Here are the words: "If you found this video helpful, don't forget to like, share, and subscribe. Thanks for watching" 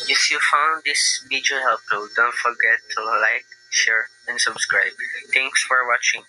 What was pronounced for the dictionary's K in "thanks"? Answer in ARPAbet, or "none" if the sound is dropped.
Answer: none